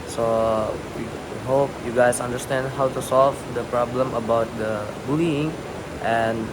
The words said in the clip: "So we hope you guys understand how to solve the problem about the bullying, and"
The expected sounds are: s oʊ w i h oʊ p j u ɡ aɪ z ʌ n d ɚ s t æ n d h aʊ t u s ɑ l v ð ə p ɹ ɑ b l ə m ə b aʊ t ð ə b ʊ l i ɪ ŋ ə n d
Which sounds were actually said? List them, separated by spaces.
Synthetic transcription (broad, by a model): s oʊ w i h oʊ p j u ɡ aɪ s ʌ n d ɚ s t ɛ n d h aʊ t u s ɑ l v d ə p ɹ ɑ b l ə m ə b aʊ t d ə b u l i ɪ ŋ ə n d